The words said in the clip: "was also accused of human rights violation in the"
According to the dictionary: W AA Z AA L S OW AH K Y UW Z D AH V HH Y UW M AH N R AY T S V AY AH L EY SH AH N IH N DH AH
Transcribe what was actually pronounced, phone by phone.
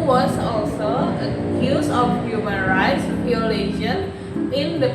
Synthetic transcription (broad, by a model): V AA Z AA L S OW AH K Y UW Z AH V HH Y UW M AH N R AY T S P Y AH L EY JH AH N IH N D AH